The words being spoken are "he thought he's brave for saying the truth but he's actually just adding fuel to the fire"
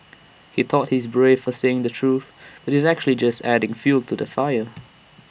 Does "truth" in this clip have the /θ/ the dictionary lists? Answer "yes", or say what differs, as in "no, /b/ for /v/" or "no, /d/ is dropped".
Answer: yes